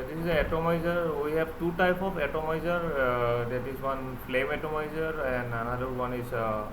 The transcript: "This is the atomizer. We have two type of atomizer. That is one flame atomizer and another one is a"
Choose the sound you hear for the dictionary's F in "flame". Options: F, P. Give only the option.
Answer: P